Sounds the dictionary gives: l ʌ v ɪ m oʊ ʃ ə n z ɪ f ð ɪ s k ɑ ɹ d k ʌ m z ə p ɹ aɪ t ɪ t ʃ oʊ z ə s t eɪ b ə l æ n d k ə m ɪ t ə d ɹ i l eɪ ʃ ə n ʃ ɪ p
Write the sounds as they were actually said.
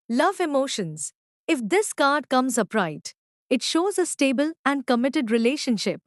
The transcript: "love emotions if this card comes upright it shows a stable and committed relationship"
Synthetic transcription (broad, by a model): l ʌ v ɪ m oʊ ʃ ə n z ɪ f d ɪ s k ɑ ɹ d k ʌ m z ə p ɹ aɪ t ɪ t ʃ oʊ z ə s t eɪ b ə l æ n d k ə m ɪ t ə d ɹ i l eɪ ʃ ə n ʃ ɪ p